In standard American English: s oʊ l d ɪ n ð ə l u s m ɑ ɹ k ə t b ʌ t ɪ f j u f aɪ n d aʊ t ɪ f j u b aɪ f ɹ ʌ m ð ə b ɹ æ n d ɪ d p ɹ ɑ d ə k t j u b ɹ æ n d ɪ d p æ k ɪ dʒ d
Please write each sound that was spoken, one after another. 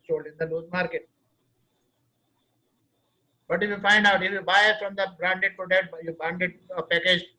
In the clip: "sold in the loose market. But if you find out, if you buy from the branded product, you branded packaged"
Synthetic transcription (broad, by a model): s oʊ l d ɪ n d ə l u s m ɑ ɹ k ə t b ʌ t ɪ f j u f aɪ n d aʊ t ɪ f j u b aɪ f ɹ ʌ m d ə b ɹ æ n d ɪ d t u d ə t j u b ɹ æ n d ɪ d p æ k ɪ dʒ